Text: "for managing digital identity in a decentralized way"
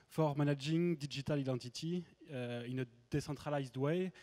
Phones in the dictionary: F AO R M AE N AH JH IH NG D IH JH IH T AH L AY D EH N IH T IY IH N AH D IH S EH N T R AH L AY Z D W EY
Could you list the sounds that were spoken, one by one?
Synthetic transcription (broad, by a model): F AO R M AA N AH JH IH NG D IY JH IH T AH L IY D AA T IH T IY IH N AH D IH S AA T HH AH L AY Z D W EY